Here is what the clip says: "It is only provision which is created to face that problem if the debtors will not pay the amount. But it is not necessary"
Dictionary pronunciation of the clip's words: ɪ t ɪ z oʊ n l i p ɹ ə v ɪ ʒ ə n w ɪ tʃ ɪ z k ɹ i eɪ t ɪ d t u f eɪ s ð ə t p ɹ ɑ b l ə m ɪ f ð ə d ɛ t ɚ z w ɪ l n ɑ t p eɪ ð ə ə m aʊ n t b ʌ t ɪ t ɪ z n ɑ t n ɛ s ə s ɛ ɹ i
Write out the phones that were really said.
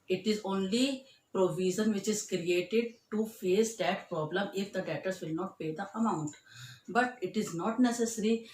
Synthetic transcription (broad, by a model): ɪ t ɪ z oʊ n l i p ɹ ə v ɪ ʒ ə n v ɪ tʃ ɪ z k ɹ i eɪ t ɪ d t u f eɪ s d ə t p ɹ ɑ b l ə m ɪ f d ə d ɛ t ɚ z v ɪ l n ɑ t p eɪ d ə ə m aʊ n t b ʌ t ɪ t ɪ z n ɑ t n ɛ s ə s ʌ ɹ i